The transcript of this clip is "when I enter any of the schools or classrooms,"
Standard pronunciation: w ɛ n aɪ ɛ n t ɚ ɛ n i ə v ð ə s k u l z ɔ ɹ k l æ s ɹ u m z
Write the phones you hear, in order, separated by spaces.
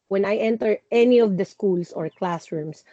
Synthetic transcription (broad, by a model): w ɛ n aɪ ɛ n t ɚ ɛ n i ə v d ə s k u l s ɔ ɹ k l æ s ɹ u m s